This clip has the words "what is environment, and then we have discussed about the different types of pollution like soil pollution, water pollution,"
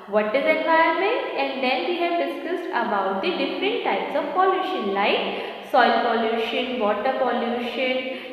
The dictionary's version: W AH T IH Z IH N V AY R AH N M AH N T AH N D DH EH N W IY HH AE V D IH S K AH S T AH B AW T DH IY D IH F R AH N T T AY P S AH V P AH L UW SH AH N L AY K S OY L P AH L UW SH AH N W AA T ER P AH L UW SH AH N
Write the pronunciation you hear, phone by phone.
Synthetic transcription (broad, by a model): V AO T IH Z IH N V AY AH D M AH N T AH N D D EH N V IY HH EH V D IH S K AH S T AH B AW T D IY D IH F R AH N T T AY P S AH V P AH L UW SH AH N L AY K S OY L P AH L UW SH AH N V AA T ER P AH L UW SH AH N